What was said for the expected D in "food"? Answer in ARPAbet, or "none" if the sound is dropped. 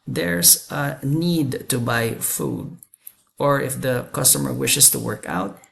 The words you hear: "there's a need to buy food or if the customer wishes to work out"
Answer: D